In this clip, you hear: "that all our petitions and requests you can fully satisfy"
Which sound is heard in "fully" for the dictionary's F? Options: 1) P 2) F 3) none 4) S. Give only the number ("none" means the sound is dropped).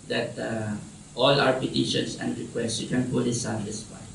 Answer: 1